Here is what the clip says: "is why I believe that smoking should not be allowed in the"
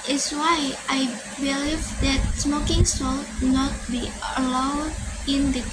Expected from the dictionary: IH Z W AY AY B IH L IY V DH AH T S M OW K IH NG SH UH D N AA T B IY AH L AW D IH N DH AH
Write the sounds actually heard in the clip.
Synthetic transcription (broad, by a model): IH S W AY AY B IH L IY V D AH T S M OW K IH NG S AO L N AA T B IY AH L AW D IH N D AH